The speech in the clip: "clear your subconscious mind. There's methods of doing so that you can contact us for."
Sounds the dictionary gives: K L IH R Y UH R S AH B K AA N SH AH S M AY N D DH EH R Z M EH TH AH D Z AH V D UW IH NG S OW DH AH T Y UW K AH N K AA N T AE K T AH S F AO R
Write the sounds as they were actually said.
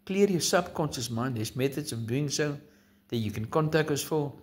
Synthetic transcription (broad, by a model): K L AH R Y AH S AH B K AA N S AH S M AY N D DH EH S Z M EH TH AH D S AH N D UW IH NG S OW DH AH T Y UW K AH N K AA N T AE K T AH S F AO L